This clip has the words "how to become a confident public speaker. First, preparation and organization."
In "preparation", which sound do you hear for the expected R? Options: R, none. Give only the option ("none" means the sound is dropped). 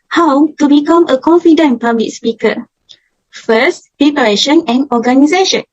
none